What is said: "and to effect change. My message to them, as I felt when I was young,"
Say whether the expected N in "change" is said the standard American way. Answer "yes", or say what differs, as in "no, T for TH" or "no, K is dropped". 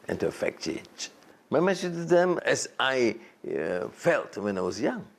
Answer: no, N is dropped